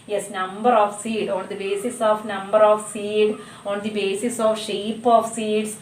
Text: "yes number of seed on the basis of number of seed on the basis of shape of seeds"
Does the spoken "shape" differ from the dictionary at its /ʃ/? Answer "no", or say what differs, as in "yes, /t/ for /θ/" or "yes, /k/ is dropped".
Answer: no